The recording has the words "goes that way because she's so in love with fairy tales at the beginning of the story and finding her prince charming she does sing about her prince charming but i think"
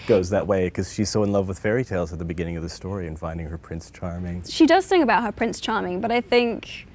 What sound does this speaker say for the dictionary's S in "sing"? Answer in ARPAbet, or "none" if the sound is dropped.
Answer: TH